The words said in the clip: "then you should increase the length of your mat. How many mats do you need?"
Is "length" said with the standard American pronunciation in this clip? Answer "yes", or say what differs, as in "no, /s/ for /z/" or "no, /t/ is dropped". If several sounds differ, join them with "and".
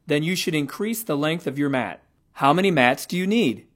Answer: yes